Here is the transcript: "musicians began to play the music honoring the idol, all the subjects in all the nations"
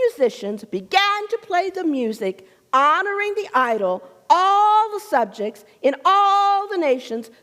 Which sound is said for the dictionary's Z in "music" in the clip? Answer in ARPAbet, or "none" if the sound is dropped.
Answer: Z